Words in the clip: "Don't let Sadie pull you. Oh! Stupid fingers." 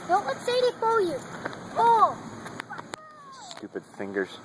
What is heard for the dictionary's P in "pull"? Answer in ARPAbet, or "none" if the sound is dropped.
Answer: F